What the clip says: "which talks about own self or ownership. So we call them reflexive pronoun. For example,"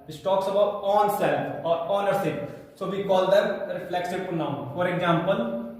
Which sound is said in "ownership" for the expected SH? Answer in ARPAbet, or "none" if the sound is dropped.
S